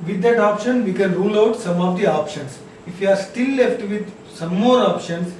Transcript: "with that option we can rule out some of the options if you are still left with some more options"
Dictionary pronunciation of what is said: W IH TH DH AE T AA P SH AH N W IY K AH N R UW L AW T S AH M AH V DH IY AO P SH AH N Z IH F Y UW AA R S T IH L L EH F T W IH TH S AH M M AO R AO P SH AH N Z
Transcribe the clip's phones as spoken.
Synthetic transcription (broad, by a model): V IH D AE T AA P SH AH N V IY K AH N R UW L AW T S AH M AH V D IY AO P SH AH N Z IH F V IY AA R S T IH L L EH F T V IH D S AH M M AO R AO P SH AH N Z